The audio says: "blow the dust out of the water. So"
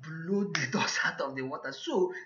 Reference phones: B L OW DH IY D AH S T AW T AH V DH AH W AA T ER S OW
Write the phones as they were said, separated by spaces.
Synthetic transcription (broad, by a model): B L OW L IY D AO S AW T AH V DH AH W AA T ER S OW